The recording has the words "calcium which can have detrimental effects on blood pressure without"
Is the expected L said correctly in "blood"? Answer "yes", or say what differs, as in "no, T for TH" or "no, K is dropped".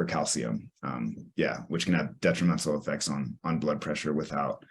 yes